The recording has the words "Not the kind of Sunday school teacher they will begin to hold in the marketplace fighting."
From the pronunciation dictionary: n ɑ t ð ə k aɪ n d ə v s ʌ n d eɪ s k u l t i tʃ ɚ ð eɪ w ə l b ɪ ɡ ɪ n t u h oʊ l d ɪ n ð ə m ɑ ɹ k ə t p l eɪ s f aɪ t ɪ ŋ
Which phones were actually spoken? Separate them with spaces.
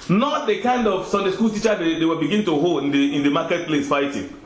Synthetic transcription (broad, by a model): n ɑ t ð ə k aɪ n d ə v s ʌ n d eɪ s k u l t i tʃ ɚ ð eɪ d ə w b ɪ ɡ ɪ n t u h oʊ l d ɪ n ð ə m ɑ k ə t p l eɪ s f aɪ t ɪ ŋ